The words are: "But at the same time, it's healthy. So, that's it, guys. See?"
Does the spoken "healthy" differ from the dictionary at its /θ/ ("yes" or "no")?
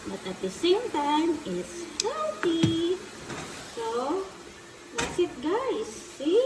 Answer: yes